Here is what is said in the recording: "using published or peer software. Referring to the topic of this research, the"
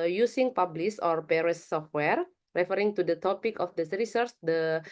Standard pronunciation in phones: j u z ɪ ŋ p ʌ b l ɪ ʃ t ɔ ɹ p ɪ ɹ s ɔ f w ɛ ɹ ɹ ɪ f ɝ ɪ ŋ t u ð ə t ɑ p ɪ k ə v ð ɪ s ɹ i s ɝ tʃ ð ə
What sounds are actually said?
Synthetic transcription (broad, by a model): j u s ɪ ŋ p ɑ b l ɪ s ɔ ɹ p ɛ ɹ s ɔ f w ɛ ɹ ɹ ɪ f ɝ ɪ ŋ t u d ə t ɑ p ɪ k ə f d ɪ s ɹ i s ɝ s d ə